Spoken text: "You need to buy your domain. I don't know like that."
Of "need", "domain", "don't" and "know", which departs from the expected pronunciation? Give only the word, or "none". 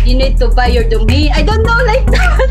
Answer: domain